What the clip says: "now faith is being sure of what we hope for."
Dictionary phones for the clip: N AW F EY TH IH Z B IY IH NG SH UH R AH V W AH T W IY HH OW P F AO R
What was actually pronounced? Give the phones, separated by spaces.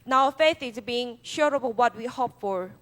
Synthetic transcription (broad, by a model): N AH F EY TH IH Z B IY IH NG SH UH R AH B W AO T W IY HH OW P F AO R